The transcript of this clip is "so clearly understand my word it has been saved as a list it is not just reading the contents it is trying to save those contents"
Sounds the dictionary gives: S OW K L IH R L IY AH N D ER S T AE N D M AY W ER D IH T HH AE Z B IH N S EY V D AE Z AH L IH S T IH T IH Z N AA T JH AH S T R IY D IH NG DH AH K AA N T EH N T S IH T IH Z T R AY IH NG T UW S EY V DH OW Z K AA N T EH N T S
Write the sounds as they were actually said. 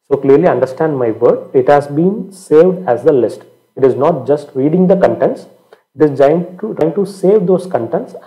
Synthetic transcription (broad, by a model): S OW K L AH R L IY AH N D ER S T AE N D M AY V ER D IH T HH AE Z B IH N S EY V D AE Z AH L IH S T IH T IH Z N AA T JH AH S T R IY D IH NG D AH K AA N T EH N T S IH T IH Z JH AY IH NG T UW S EY V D OW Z K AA N T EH N T S